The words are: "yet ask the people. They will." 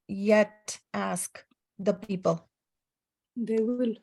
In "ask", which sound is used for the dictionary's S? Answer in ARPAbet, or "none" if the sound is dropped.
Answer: S